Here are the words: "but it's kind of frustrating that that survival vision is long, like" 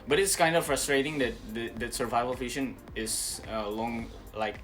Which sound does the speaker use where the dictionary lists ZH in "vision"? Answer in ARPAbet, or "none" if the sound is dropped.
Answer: SH